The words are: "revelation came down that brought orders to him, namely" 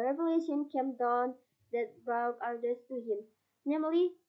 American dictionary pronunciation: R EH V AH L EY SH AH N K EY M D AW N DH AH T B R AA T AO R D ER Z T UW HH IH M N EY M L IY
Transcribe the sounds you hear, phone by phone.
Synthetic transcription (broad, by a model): R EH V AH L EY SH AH N K EY M D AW N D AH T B AA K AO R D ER S T UW HH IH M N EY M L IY